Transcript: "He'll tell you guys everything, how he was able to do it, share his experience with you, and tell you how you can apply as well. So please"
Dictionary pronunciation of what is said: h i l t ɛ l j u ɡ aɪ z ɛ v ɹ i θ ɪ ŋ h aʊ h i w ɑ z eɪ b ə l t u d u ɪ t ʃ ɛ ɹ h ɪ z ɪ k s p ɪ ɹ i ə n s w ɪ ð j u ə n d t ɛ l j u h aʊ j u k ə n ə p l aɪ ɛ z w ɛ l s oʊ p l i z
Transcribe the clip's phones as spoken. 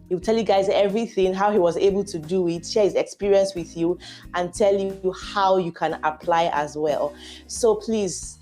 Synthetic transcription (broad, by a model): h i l t ɛ l j u ɡ aɪ z ɛ v ɹ i θ ɪ ŋ h aʊ h i w ɑ z eɪ b ə l t u d u ɪ t ʃ ɛ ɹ h ɪ z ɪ k s p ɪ ɹ i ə n s w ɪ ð j u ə n t ɛ l j u h aʊ j u k ə n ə p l aɪ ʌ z w ɛ l s oʊ p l i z